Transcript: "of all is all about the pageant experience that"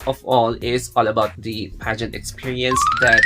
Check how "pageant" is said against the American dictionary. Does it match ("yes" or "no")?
yes